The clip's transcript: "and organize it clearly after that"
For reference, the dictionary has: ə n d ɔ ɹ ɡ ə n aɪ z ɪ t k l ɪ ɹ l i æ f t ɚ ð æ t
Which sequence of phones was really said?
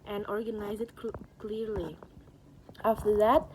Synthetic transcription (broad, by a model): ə n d ɔ ɹ ɡ ə n aɪ z ɪ t k l ɪ ɹ l i æ f t ɚ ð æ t